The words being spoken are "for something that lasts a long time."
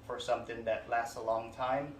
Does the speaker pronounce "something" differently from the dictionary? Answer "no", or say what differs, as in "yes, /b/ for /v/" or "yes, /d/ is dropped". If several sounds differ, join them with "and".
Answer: no